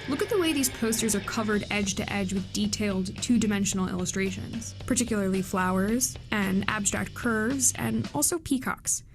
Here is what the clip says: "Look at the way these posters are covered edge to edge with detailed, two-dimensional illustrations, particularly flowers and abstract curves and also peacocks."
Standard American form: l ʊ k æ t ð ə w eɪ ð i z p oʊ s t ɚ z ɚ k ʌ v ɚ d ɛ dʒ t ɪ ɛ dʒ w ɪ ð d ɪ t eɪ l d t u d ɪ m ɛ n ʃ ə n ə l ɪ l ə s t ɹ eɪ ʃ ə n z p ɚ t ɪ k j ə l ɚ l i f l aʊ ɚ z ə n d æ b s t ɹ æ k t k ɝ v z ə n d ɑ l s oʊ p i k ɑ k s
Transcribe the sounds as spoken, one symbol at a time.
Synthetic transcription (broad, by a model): l ʊ k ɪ t ð ə w eɪ ð i z p oʊ s t ɚ z ɚ k ʌ v ɚ d ɛ dʒ t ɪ ɛ dʒ w ɪ ð d ɪ t eɪ l d t u d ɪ m ɛ n ʃ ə n l ɪ l ə s t ɹ eɪ ʃ ə n z p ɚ t ɪ k j l ɚ l i f l aʊ ɚ z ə n æ b s t ɹ æ k t k ɝ v z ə n ɑ l s oʊ p i k ɑ k s